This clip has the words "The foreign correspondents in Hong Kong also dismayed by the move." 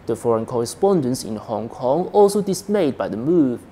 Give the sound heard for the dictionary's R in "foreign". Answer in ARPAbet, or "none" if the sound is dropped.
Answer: R